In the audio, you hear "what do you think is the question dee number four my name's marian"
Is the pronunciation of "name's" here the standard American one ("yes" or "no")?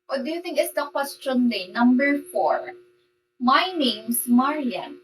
no